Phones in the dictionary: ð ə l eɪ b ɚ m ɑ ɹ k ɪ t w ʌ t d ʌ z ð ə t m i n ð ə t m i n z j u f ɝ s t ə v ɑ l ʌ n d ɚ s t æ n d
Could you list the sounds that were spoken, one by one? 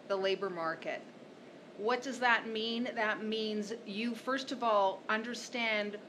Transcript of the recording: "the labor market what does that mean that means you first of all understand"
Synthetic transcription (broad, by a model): ð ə l eɪ b ɚ m ɑ ɹ k ɪ t w ʌ t d ʌ z ð ə t m i n ð ə t m i n z j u f ɝ s t ə v ɑ l ʌ n d ɚ s t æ n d